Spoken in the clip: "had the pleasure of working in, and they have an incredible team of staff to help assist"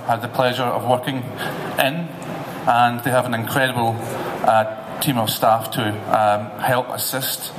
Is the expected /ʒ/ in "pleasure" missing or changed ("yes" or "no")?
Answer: no